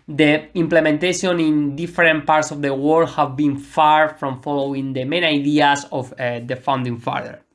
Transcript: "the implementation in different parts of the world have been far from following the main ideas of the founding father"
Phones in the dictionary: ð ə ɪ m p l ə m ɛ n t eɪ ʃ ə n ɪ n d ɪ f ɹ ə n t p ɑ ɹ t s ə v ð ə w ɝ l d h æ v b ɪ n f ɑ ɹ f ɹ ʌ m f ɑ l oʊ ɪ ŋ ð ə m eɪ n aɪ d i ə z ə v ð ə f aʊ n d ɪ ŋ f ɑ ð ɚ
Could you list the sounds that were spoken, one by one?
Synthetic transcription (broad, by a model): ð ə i m p l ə m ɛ n t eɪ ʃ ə n ɪ n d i f ɹ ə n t p ɑ ɹ t s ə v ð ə w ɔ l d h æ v b ɪ n f ɑ ɹ f ɹ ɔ m f ɑ l oʊ ɪ ŋ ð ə m eɪ n aɪ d i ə s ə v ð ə f aʊ n d ɪ ŋ f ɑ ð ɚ